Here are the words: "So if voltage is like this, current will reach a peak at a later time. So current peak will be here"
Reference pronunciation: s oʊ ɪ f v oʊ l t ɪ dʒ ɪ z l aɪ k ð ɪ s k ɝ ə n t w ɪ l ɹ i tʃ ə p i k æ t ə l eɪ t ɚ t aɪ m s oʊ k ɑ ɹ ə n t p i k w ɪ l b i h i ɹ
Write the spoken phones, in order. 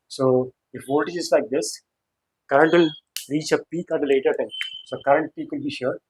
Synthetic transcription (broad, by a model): s oʊ ɪ f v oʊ t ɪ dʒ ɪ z l aɪ k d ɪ s k ɝ ə n t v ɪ l ɹ i tʃ ə p i k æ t ə l eɪ t ɚ t aɪ m s oʊ k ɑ ɹ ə n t p i k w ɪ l b i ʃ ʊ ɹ